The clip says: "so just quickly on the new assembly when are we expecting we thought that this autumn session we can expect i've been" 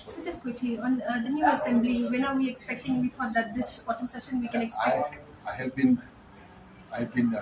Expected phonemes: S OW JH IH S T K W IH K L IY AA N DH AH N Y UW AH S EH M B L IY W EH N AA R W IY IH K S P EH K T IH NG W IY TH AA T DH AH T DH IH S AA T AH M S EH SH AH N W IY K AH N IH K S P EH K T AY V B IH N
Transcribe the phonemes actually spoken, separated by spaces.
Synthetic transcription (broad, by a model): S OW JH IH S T K W IH K L IY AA N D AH N Y UW AH S EH M B L IY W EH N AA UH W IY IH K S P EH K T IH NG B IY F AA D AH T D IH S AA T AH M S EH SH AH N W IY K AH N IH K S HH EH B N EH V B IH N